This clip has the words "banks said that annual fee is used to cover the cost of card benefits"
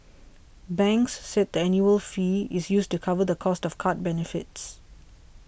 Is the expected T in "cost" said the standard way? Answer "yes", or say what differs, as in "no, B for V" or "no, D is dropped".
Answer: yes